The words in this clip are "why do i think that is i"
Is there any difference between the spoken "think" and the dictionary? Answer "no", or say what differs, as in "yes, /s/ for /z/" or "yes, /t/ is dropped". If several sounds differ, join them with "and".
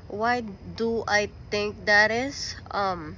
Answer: yes, /t/ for /θ/